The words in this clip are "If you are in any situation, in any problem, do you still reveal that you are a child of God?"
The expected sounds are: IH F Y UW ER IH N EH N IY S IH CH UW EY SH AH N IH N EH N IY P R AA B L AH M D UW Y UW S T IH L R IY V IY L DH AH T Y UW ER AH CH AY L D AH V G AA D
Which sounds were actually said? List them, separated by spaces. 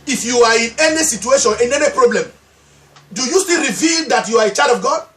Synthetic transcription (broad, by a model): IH F Y UW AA IH N EH N IY S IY CH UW EY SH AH N IH N EH N IY P R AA B L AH M D UW Y UW S T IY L R IY V IY L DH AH T Y UW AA AH CH AY D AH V G AA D